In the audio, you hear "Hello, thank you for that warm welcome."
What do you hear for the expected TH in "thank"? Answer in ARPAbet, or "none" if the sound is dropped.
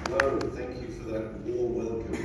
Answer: TH